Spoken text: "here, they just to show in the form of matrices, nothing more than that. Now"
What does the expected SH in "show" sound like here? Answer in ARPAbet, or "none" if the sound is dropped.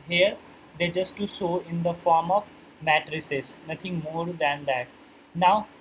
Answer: S